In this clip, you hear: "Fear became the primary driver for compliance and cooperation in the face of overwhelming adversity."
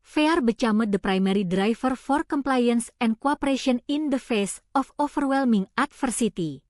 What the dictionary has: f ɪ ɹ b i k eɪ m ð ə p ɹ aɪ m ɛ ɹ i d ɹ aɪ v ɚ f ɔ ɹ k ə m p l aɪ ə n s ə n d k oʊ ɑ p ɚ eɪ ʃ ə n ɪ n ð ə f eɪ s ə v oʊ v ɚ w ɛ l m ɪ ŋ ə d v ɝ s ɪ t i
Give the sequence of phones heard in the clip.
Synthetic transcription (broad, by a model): f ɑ ɹ b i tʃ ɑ m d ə p ɹ aɪ m ɛ ɹ i d ɹ aɪ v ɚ f ɔ ɹ k ə m p l aɪ ə n s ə n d k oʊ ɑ p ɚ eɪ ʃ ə n ɪ n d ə f eɪ s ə f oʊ f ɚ w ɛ l m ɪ ŋ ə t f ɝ s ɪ t i